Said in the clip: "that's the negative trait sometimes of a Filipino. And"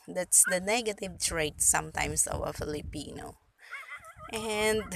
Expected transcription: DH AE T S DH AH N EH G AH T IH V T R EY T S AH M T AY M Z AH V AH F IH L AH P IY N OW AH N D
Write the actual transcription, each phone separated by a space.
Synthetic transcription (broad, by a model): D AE T S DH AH N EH G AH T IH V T R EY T S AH M T AY M S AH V AH F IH L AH P IY N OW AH N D